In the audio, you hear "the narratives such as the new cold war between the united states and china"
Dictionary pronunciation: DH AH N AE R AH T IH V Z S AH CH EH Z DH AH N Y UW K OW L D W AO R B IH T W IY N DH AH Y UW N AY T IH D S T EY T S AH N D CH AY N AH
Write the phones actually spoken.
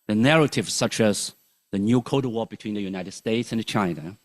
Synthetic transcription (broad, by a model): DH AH N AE R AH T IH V S AH CH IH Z DH AH N Y UW K OW D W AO B IH T W IY N DH AH Y UW N AY T IH D S T EY T S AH N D CH AY N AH